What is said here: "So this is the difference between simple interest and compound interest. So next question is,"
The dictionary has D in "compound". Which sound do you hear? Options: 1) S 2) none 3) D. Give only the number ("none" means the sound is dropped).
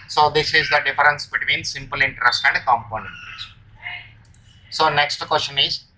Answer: 2